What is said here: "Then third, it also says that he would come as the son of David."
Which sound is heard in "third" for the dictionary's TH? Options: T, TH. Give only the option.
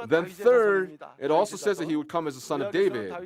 TH